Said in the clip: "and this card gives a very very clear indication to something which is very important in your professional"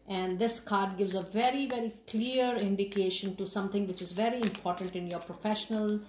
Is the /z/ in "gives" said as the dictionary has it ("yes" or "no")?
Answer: yes